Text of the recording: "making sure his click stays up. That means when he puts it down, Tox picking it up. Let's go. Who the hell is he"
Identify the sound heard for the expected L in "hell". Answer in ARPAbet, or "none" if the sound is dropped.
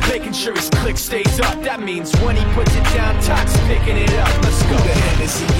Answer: N